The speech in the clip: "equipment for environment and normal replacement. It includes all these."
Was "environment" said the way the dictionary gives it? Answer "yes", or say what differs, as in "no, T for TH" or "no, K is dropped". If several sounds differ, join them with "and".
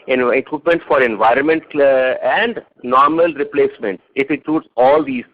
yes